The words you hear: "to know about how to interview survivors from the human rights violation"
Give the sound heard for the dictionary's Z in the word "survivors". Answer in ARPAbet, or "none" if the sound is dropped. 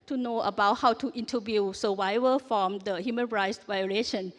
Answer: none